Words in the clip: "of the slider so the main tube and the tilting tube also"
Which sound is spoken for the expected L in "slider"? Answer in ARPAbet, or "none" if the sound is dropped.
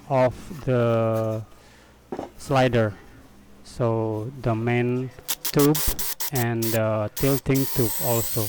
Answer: L